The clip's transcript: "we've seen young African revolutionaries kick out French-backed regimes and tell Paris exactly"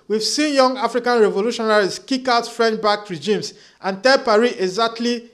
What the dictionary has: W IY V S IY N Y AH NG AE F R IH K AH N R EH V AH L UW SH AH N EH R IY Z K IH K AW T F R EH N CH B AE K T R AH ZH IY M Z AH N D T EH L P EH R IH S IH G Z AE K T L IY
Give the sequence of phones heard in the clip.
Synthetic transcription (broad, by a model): W IY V S IY N Y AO NG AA F R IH K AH N R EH V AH L UW SH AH N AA R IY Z K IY K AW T F R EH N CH B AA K R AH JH IY M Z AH N T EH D P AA R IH IH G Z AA K T L IY